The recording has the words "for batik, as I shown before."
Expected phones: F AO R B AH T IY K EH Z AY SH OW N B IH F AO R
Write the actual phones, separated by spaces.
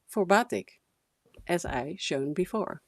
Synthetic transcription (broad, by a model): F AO R B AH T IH K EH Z AY SH OW N B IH F AO R